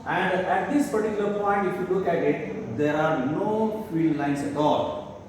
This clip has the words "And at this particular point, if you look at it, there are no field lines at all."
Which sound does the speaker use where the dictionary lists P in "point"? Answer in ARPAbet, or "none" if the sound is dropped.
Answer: P